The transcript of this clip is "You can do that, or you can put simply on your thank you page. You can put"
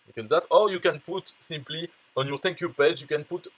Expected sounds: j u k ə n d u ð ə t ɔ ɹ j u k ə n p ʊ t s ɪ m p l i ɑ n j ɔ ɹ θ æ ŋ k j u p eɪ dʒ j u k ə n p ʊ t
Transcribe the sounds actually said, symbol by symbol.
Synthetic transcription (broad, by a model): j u k ə n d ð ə t ɔ ɹ j u k ə n p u t s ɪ m p l i ɑ n j ɔ ɹ t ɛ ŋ k j u p eɪ dʒ j u k ə n p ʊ t